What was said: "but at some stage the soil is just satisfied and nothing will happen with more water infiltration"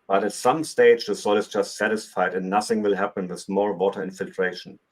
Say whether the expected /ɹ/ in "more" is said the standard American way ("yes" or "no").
no